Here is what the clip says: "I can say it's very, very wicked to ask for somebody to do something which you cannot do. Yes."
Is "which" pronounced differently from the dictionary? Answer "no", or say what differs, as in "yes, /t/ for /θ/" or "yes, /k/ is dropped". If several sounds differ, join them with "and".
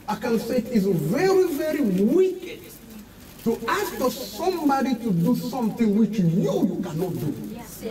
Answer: no